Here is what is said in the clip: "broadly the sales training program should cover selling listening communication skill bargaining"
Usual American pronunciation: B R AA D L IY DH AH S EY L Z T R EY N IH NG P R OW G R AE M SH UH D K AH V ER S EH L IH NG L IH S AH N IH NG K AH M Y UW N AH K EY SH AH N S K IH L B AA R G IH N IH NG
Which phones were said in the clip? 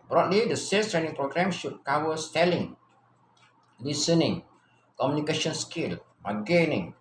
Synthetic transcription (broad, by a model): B R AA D L IY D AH S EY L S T R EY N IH NG P R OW G R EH M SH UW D K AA W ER S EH L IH NG L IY S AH N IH NG K AH M Y UW N AH K EY SH AH N S K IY L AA G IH N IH NG